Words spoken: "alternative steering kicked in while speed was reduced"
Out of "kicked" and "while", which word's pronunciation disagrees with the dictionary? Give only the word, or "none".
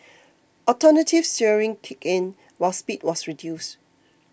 kicked